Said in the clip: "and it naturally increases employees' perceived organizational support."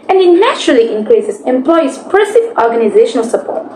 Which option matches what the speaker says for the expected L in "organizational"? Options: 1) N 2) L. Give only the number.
2